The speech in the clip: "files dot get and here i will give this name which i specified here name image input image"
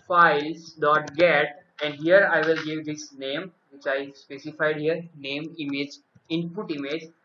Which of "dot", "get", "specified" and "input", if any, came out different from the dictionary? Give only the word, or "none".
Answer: none